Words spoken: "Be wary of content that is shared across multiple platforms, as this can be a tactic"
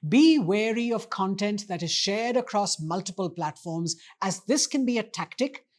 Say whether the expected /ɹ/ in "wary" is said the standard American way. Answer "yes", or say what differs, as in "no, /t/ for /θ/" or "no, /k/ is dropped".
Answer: yes